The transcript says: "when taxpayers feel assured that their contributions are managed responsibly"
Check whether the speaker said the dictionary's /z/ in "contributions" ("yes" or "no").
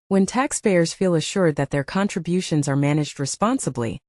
yes